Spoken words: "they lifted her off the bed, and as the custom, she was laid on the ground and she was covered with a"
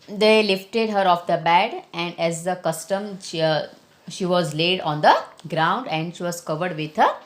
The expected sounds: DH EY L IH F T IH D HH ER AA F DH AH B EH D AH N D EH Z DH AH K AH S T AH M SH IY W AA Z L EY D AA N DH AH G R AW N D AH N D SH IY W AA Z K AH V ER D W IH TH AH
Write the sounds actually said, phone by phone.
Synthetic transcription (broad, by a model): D EY L IH F T IH D HH ER AA F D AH B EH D AH N D EH Z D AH K AH S T AH M SH IY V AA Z L EY D AA N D AH G R AW N D AH N D SH IY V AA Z K AH V ER D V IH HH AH